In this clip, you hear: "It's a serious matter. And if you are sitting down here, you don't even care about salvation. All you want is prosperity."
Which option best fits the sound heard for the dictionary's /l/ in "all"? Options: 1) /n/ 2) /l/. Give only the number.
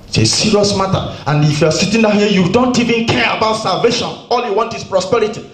2